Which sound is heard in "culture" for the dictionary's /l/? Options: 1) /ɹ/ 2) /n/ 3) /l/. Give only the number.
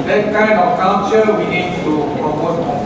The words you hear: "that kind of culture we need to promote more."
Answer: 2